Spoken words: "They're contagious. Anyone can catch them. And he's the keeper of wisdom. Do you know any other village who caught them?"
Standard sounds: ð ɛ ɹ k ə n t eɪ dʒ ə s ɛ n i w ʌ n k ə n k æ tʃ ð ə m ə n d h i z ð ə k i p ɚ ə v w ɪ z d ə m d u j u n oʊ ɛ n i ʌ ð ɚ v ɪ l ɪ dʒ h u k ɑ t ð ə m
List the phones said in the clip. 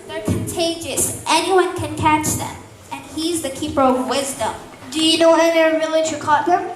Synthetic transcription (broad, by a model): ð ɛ ɹ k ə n t eɪ dʒ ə s ɛ n i w ʌ n k ə n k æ tʃ ð ə m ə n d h i z ð ə k i p ɚ ə v w ɪ z d ə m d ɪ j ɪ n oʊ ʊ i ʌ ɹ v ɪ l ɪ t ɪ k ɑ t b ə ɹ